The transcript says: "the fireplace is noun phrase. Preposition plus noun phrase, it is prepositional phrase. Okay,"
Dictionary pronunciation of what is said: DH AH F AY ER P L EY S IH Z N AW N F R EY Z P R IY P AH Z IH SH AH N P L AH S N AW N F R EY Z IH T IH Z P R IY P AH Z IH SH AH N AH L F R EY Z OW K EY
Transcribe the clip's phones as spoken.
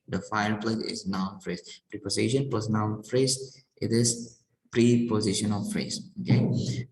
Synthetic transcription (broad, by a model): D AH F AY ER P L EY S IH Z N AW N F R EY S P R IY P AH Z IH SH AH N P AH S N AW L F R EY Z IH T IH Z P R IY P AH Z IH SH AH N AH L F R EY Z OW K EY